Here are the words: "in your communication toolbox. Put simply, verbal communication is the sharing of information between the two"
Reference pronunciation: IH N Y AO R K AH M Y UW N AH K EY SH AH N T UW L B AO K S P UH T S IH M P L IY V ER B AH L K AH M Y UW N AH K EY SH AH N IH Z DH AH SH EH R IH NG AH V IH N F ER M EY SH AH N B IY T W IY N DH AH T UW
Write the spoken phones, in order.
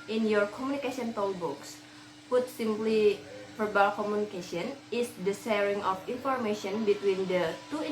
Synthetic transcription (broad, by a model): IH N Y AO R K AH M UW N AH K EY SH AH N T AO L B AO K S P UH T S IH M P L IY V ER B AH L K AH M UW N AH K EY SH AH N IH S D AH S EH R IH NG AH F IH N F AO M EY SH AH N B IY T W IY N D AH T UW